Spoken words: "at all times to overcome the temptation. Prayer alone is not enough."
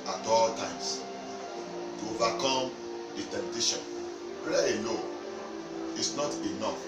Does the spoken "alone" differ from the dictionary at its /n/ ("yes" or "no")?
yes